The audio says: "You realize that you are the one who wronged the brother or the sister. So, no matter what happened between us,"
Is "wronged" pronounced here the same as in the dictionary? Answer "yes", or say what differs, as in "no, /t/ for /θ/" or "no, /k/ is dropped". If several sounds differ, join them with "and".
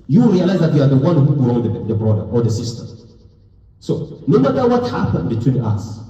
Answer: no, /l/ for /ɹ/